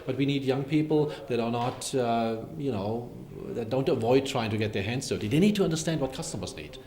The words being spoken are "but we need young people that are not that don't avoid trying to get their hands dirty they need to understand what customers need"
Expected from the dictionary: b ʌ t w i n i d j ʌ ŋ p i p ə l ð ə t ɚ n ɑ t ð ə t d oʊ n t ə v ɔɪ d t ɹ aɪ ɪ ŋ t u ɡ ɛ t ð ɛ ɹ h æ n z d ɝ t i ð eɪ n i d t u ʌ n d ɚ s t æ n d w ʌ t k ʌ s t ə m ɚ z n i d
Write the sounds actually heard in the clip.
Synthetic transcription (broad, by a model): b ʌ t w i n i d j ʌ ŋ p i p ə l ð ə t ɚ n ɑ t ð ə t d oʊ n t ə v ɔɪ d t ɹ aɪ ɪ ŋ t u ɡ ɛ t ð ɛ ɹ h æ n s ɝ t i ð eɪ n i d t u ʌ n d ɚ s t æ n d w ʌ t k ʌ s t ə m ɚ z n i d